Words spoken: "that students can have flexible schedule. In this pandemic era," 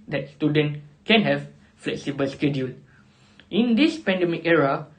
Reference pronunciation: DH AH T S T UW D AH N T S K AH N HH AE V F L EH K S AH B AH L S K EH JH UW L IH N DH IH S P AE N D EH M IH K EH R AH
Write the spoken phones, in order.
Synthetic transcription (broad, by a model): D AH T S T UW D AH N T K AH N HH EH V F L EH K S AH B AH L S K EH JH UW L IH N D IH S P AE N D EH M IH K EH R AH